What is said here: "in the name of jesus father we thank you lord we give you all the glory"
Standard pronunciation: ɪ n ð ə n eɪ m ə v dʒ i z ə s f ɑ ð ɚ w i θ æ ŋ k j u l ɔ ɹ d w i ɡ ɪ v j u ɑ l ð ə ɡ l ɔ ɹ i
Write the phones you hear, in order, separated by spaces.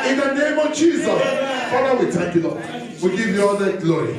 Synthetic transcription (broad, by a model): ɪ n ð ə n eɪ m ə v dʒ i z ə s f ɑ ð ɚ w i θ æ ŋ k j u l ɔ w i ɡ ɪ v j u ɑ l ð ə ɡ l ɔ ɹ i